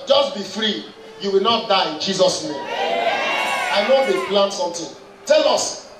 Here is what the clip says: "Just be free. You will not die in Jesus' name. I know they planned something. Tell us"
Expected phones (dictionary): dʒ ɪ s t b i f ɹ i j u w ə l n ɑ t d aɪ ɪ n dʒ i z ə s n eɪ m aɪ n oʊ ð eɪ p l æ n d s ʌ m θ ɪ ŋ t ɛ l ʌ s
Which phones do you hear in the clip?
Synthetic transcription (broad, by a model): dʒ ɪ s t b i f ɹ i j u w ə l n ɑ t d aɪ ɪ n dʒ i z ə s n eɪ m aɪ n oʊ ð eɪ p l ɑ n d s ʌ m t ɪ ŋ t ɛ l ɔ s